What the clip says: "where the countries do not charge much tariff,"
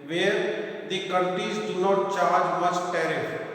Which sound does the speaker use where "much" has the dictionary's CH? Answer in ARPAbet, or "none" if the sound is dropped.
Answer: S